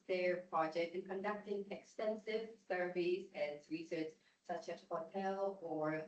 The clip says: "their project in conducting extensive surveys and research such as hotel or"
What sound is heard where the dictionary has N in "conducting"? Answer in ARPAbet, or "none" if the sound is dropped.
N